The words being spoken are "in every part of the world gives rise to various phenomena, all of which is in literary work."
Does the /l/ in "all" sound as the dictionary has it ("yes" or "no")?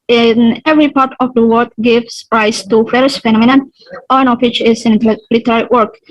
no